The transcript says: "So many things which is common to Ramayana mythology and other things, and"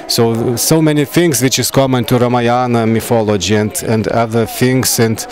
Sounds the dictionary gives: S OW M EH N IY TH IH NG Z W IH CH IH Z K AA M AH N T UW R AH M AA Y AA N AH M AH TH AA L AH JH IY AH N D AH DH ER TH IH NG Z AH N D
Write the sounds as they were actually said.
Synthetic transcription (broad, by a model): S OW M EH N IY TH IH NG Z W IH CH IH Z K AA M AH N T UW R AH M AA Y AA N AH M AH F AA L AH JH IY AH N D AH DH ER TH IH NG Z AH N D